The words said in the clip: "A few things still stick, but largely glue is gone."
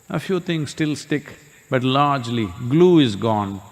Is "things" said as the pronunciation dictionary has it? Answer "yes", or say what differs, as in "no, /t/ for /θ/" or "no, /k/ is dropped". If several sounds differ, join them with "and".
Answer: no, /t/ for /θ/